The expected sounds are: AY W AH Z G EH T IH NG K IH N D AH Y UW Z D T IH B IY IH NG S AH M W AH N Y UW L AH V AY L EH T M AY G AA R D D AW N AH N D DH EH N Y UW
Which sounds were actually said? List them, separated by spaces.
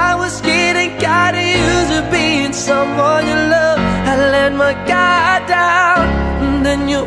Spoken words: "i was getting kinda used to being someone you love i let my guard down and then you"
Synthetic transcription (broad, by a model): AY W AH Z G EH T IH NG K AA D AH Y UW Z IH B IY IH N S AH M W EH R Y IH L AH V AY L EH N M AY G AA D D AW AH N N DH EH N Y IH